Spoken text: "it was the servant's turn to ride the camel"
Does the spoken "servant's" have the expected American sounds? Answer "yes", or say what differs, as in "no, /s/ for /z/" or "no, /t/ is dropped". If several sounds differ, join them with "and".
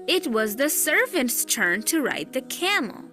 yes